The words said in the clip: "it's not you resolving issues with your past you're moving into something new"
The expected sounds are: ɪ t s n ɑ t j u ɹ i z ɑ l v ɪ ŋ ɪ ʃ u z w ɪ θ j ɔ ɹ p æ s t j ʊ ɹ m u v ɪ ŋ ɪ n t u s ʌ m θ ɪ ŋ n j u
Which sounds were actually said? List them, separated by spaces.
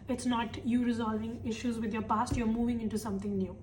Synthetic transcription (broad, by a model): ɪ t s n ɑ t j u ɹ i z ɑ l v ɪ ŋ ɪ ʃ u z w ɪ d j ɔ ɹ p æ s t j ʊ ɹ m u v ɪ ŋ ɪ n t u s ʌ m t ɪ ŋ n j u